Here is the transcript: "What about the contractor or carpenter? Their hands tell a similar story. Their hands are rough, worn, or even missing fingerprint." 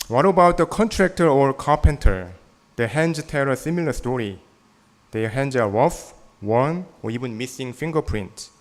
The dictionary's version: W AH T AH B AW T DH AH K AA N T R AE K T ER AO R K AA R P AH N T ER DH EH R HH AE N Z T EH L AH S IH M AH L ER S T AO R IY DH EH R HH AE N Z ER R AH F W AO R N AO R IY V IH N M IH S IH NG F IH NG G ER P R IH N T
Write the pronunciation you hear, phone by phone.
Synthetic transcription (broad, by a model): W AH T AH B AW T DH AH K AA N T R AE K T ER AO R K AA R P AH N T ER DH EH HH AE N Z T EH L AH S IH M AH L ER S T AO R IY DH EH HH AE N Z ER W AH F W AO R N AO R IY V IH N M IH S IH NG F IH NG G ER P R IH N T